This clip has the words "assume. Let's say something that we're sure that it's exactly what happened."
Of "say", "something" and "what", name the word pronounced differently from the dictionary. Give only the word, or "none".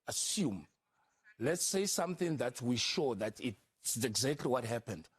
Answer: none